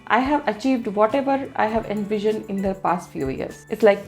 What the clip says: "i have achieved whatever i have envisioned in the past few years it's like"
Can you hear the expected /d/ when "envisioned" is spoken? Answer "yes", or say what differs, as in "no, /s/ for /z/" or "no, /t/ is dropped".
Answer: no, /d/ is dropped